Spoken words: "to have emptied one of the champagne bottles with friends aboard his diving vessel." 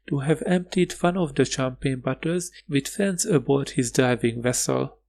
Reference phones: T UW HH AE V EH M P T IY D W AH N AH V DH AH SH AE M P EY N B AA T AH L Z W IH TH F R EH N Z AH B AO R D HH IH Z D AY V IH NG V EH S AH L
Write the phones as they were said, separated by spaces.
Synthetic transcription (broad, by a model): T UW HH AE V EH M P T IY D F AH N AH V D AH SH AE M P EY N B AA T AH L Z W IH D F EH N S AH B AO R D HH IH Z D AY V IH NG V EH S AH L